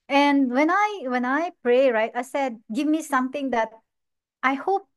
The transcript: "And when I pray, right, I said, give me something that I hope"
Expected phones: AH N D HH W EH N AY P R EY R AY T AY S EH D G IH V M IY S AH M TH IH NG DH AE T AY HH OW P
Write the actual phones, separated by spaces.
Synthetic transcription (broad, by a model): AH N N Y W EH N AY P R EY R AY T AY S EH D G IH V M IY S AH M T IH NG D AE T AY HH OW P